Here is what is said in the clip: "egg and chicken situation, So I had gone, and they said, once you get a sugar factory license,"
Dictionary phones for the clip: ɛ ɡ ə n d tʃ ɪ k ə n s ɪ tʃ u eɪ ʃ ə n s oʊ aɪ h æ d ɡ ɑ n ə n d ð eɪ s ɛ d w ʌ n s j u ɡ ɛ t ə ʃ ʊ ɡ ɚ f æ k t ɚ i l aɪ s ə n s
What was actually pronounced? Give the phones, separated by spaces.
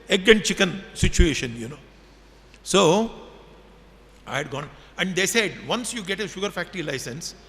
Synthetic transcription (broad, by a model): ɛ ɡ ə n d tʃ ɪ k ə n s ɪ tʃ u eɪ ʃ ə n s oʊ aɪ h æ d ɡ ɑ n ə n d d eɪ s ɛ d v ʌ n s j u ɡ ɛ t ə ʃ ʊ ɡ ɚ f æ k t ɚ i l aɪ s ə n s